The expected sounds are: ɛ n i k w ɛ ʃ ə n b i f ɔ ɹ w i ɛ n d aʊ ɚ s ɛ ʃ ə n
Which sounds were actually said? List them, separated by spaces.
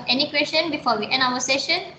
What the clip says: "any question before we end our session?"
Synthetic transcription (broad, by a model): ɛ n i k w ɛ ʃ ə n b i f ɔ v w i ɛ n aʊ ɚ s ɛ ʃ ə n